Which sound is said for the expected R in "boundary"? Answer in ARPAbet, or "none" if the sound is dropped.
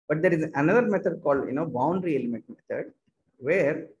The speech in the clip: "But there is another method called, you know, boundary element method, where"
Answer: R